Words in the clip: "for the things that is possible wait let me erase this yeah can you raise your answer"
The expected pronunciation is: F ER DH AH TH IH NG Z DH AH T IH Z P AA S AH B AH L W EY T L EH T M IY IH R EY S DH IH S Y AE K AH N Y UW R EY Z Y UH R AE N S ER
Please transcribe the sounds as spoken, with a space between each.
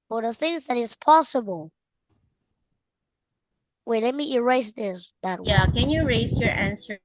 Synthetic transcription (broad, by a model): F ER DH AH TH IH NG Z DH AH T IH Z P AA S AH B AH L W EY L EH T M IY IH R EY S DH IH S Y AE K AH N Y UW R EY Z Y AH R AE N S ER